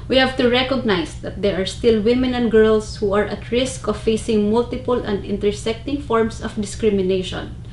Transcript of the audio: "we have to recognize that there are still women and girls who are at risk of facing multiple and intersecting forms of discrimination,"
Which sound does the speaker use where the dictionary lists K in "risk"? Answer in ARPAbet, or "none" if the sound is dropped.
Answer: K